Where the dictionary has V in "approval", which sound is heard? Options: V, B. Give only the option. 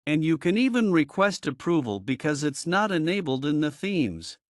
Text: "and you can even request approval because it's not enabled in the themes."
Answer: V